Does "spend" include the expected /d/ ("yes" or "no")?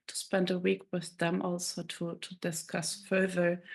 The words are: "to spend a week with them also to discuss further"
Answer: yes